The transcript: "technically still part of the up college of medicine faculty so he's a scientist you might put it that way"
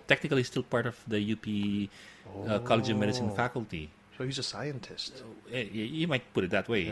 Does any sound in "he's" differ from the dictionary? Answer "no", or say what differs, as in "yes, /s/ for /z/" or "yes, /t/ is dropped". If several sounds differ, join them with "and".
no